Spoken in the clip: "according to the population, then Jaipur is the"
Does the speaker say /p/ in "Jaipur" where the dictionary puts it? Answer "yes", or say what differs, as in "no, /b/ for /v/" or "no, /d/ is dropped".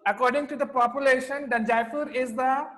no, /f/ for /p/